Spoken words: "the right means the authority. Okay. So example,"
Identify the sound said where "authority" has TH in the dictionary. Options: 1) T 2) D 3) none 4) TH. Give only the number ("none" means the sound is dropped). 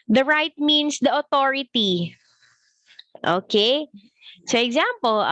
1